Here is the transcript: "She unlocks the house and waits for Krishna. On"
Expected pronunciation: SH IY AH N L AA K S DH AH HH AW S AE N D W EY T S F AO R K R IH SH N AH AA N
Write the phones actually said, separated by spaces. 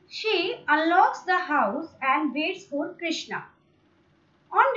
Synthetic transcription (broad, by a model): SH IY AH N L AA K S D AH HH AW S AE N D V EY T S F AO L K R IH SH N AH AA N